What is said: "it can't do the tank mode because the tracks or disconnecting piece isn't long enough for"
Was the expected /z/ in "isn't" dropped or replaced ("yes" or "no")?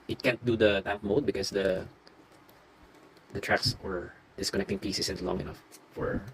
yes